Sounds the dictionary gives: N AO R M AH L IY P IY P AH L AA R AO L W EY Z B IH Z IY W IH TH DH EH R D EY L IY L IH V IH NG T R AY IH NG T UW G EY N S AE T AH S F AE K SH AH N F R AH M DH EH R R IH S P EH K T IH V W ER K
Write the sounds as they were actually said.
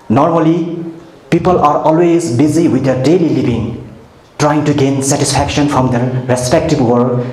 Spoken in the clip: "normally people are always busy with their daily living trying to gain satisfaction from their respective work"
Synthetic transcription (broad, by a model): N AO R M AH L IY P IY P AH L AA R AO L W EY Z B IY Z IY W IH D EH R D EY L IY L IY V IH NG T R AY IH NG T UW G EY N S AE T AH S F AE K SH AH N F R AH M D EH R R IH S P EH K T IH B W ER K